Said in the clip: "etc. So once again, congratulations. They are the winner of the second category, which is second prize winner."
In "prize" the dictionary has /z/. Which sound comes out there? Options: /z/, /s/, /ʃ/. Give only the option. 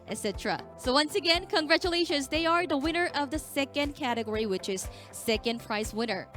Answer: /s/